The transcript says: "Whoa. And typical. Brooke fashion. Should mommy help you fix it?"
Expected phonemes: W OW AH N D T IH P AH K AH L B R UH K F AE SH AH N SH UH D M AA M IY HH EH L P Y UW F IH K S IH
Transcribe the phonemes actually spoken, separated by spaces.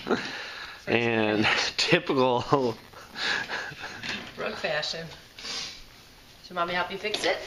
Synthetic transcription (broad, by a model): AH N T IH P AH K L R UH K F AE SH AH N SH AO M AA M IY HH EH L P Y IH F IH K S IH